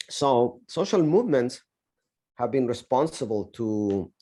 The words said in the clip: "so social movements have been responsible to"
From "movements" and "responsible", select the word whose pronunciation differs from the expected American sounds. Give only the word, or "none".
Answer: none